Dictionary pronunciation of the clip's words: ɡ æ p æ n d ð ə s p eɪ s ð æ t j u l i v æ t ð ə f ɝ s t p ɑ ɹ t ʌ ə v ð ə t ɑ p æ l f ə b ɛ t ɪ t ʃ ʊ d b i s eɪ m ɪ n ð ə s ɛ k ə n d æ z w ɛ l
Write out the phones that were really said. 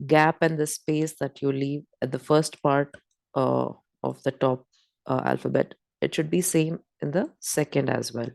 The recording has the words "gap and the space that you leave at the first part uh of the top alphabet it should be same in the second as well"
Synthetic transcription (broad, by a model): ɡ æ p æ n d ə s p eɪ s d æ t j u l i v æ t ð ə f ɝ s t p ɑ ɹ t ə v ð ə t ɑ p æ l f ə b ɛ t ɪ t ʃ ʊ d b i s eɪ m ɪ n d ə s ɛ k ə n d æ z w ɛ l